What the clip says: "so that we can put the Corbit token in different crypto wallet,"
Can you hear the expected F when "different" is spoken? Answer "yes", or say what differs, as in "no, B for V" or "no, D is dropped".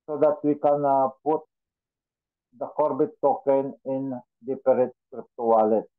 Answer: no, P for F